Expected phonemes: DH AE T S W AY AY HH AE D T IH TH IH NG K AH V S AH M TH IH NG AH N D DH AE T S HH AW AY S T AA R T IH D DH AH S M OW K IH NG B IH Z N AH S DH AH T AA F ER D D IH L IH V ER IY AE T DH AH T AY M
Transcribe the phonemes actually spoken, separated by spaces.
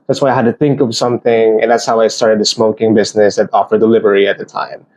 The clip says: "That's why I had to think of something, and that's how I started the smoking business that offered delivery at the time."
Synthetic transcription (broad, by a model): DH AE T S W AY AY HH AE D T IH TH IH NG K AH V S AH M TH IH NG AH N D DH AE T S HH AW AY S T AA R T IH D DH AH S M OW K IH NG B IH Z N AH S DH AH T AA F ER D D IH L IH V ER IY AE T DH AH T AY M